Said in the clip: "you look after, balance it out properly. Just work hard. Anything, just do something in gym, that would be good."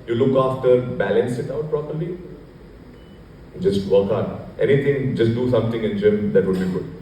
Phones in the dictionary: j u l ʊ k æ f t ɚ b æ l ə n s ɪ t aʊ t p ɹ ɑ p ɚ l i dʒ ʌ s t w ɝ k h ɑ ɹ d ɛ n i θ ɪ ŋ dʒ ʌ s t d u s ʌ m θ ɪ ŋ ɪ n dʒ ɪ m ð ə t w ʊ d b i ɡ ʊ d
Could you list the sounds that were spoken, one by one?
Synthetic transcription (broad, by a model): j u l ʊ k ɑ f t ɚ b æ l ə n s ɪ t aʊ t p ɹ ɑ p ɚ l i dʒ ʌ s t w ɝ k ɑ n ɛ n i t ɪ ŋ dʒ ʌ s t d u s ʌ m t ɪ ŋ ɪ n dʒ ɪ m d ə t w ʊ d b i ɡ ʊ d